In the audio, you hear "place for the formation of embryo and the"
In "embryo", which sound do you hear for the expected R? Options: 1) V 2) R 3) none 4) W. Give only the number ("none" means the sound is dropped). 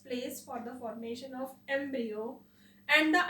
3